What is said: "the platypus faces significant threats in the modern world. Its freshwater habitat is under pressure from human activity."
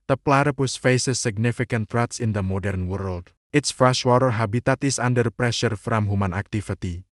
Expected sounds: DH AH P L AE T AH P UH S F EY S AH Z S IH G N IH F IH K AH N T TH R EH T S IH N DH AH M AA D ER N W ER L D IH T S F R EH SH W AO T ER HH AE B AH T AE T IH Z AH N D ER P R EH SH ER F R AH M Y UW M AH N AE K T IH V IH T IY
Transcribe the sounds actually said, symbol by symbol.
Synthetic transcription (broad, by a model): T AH P L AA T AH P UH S F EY S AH S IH G N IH F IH K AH N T R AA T S IH N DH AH M AA D ER N W ER L D IH T S F R EH SH W AO T ER HH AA B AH T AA T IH S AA N D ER P R EH SH ER F R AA M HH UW M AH N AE K T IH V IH T IY